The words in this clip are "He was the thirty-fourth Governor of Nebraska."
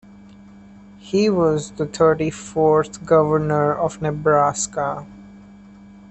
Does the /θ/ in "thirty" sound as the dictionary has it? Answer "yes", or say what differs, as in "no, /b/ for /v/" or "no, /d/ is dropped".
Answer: no, /t/ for /θ/